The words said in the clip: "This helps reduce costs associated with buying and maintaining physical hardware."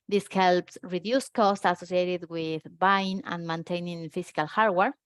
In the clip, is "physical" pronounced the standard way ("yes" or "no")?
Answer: no